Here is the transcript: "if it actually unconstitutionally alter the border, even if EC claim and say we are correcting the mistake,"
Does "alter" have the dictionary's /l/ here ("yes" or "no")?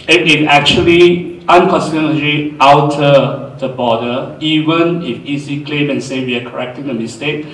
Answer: no